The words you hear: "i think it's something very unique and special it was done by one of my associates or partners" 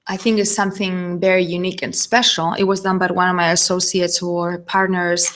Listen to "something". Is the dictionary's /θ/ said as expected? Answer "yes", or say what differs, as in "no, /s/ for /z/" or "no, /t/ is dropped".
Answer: yes